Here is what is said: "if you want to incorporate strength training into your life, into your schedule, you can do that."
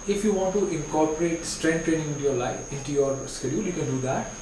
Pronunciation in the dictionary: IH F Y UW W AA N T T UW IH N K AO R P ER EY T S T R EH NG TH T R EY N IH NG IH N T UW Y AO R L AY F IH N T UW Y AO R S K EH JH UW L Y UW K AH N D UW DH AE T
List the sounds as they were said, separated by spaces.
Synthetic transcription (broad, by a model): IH F Y UW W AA N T T UW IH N K AO R P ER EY T S T R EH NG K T EY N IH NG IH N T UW Y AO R L AY F IH N T UW Y AO R S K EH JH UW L Y UW K AH N D UW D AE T